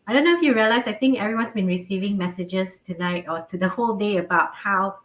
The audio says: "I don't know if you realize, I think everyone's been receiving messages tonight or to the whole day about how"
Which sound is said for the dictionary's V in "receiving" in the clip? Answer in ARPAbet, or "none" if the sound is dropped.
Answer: V